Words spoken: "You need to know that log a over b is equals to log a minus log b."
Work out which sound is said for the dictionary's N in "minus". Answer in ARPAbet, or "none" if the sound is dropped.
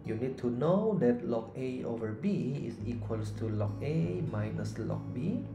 N